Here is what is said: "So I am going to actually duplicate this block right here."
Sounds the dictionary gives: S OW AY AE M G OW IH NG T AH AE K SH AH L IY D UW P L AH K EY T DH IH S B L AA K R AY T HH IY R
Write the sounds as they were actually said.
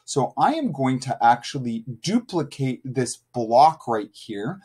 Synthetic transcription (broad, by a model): S OW AY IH M G OW IH NG T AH AE K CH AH L IY D UW P L AH K EY T DH IH S B L AA K R AY T HH IY R